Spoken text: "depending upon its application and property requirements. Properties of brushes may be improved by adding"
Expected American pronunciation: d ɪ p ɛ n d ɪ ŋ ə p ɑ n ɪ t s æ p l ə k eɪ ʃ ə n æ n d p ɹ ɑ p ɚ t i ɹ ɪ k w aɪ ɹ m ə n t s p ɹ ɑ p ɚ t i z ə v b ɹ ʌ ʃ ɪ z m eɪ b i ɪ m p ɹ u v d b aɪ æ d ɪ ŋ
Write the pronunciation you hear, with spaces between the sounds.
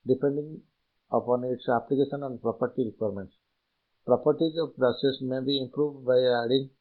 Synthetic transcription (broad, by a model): d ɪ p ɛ n d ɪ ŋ ə p ɑ n ɪ t s æ p l ə k eɪ ʃ ə n æ n d p ɹ ɑ p ɚ t i ɹ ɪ k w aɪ ɹ m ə n t s p ɹ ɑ p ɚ t i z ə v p ɹ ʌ s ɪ s m eɪ b i ɪ m p ɹ u v d b aɪ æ d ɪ ŋ